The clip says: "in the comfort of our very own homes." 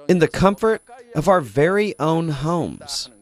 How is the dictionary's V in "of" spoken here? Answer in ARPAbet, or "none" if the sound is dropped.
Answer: V